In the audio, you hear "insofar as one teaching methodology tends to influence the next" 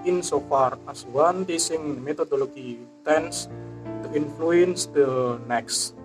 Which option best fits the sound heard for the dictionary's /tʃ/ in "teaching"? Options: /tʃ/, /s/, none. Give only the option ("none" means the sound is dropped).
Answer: /s/